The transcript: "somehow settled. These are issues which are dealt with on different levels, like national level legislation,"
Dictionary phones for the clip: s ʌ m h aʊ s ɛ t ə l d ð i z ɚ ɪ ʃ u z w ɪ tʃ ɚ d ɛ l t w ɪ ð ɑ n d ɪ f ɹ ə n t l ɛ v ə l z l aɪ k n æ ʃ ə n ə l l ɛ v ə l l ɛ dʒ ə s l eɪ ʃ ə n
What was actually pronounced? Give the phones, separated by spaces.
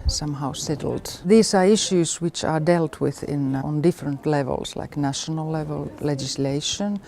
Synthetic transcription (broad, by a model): s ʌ m h aʊ s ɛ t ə l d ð i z ɚ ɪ ʃ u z w ɪ tʃ ɚ d ɛ l t w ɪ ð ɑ n d ɪ f ɹ ə n t l ɛ v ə l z l aɪ k n æ ʃ ə n ə l l ɛ v ə l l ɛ dʒ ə s l eɪ ʃ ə n